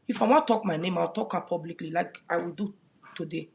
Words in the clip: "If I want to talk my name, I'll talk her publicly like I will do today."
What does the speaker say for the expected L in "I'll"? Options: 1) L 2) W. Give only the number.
2